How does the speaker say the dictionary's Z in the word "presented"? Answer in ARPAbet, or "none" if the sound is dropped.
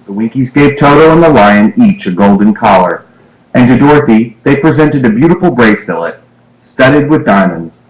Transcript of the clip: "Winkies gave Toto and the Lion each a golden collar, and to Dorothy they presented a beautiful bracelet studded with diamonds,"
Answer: Z